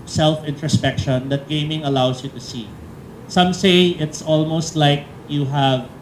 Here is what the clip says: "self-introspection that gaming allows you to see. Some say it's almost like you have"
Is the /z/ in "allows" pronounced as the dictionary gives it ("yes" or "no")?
no